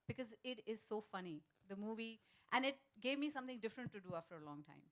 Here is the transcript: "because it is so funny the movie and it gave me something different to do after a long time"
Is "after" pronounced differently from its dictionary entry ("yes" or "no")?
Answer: no